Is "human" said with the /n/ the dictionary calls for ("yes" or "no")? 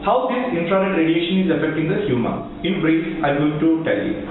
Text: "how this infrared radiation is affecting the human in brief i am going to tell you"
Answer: no